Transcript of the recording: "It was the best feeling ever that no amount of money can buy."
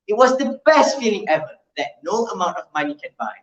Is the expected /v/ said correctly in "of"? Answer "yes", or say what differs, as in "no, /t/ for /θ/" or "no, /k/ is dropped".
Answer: yes